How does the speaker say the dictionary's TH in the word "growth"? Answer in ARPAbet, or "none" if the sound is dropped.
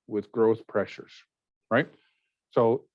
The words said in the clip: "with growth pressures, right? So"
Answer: TH